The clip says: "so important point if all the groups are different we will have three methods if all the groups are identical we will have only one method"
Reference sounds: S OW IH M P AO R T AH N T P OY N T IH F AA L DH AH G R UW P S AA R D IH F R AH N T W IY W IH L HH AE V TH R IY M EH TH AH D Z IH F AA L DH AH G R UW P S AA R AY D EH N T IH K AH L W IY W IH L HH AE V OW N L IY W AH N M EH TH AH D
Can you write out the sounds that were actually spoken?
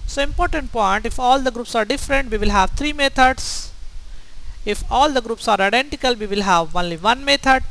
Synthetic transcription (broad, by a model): S OW IH M P AO R T AH N T P OY N T IH F AA L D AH G R UW P S AA R D IH F R AH N T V IY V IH L HH AE V T R IY M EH T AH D S IH F AA L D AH G R UW P S AA R AY D EH N T IH K AH L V IY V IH L HH AE V OW N L IY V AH N M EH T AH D